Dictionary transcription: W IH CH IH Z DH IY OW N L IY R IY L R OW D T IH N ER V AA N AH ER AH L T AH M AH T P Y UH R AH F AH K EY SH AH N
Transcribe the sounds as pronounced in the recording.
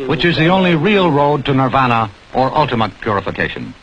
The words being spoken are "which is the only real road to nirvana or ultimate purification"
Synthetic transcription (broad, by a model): W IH CH IH Z DH IY OW N L IY R IY L R OW D T IH N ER V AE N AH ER AH L T AH M AH T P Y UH R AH F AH K EY SH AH N